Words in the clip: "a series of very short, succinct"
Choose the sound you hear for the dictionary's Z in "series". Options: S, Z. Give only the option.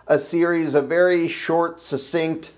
Z